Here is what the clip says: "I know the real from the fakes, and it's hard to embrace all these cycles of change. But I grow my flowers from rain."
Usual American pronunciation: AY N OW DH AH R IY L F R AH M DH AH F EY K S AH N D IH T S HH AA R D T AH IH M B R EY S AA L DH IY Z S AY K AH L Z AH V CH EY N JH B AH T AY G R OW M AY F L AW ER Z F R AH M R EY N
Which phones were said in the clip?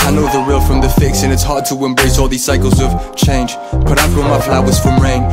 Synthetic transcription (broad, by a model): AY N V DH AH R IY L F R AH M DH AH F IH K S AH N IH T S HH AA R T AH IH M B R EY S AA L DH IY Z S AY K AH L Z AH V CH EY N JH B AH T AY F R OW M AY F L AW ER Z F R AH M R EY N